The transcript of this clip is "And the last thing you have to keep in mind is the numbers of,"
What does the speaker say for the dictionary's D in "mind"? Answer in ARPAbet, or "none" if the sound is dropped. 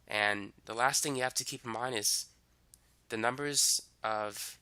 none